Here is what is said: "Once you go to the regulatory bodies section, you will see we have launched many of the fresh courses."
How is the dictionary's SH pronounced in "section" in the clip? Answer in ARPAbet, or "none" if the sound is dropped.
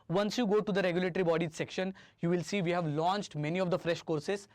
SH